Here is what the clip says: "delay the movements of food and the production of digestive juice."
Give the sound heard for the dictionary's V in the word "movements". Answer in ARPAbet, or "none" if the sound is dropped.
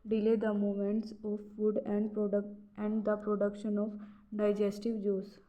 none